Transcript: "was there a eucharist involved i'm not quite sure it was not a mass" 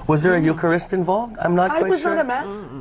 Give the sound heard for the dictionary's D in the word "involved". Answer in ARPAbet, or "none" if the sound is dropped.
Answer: D